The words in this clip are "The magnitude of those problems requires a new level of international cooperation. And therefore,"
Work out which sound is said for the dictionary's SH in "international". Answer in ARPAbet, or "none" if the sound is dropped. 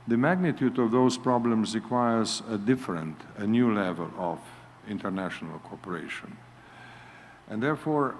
SH